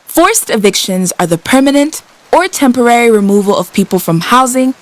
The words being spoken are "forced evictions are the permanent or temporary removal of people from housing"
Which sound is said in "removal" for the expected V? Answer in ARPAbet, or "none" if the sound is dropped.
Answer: V